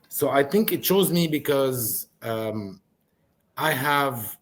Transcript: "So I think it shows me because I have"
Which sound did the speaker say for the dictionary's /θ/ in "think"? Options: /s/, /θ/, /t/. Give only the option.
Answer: /θ/